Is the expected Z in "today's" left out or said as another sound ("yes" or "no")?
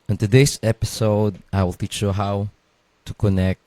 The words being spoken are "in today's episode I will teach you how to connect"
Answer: yes